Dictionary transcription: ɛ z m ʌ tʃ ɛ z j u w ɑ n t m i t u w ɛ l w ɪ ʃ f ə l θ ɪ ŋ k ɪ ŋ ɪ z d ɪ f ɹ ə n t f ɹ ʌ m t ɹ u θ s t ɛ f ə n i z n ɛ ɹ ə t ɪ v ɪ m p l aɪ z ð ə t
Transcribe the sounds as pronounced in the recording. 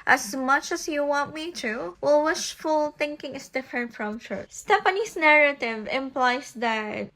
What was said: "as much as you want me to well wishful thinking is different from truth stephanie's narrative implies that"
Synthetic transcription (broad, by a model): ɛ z m ʌ tʃ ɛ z j u w ɑ n t m i t u w ɛ l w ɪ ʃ f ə l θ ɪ ŋ k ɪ ŋ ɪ s d ɪ f ɹ ə n t f ɹ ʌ m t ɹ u t s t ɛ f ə n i s n ɛ ɹ ə t ɪ v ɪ m p l aɪ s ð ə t